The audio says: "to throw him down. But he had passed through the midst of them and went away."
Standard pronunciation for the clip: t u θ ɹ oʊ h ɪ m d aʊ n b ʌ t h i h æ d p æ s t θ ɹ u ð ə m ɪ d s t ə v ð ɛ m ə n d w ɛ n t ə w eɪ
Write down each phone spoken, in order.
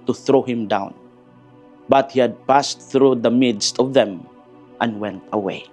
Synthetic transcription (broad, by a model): t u θ ɹ oʊ h ɪ m d aʊ n b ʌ t h i h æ d p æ s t θ ɹ u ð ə m ɪ d s t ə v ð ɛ m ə n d w ɛ n t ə w eɪ